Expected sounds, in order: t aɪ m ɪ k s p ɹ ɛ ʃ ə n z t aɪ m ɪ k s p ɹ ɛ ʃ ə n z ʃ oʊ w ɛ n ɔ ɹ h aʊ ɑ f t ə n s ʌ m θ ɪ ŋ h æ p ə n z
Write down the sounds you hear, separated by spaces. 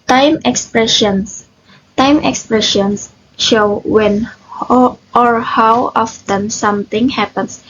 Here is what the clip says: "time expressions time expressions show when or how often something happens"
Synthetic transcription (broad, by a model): t aɪ m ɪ k s p ɹ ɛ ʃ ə n s t aɪ m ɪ k s p ɹ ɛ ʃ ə n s ʃ oʊ w ɛ n ɔ ɹ h aʊ ɑ f t ə n s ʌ m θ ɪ ŋ h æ p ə n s